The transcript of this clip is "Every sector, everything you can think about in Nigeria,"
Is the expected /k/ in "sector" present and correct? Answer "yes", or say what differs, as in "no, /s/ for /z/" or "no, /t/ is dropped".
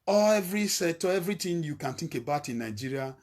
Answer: no, /k/ is dropped